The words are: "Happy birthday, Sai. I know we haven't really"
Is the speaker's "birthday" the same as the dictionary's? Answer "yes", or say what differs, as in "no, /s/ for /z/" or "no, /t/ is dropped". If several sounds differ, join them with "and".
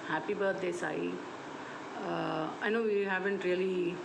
no, /t/ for /θ/